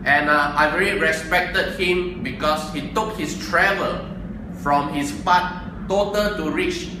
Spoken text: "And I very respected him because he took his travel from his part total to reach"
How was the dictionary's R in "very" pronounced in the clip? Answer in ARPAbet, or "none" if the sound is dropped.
L